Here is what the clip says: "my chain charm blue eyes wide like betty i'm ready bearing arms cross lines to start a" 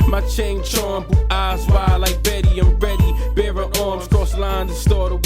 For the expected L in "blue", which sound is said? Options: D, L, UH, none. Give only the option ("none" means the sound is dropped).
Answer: none